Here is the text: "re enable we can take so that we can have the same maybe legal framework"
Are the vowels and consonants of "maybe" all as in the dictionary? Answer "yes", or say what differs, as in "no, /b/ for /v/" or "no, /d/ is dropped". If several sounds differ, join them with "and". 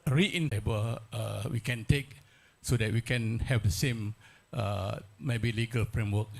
yes